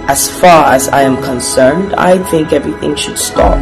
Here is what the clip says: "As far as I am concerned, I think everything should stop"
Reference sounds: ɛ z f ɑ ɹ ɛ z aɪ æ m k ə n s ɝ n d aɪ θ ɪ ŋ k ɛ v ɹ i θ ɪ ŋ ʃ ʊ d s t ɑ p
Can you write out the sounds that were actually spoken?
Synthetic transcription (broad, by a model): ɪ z f ɑ ɹ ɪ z aɪ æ m k ə n s ɝ n d aɪ θ ɪ ŋ k ɛ v ɹ i θ ɪ ŋ ʃ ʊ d s t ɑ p